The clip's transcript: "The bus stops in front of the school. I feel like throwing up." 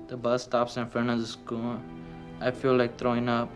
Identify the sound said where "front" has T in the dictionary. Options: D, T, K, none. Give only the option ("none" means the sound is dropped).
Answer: none